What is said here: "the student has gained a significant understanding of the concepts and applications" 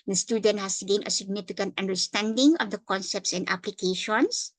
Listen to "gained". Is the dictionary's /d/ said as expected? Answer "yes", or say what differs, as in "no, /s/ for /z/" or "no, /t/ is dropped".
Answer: no, /d/ is dropped